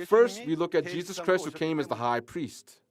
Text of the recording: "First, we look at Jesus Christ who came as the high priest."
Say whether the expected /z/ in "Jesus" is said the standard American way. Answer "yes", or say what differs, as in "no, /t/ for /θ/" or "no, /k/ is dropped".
yes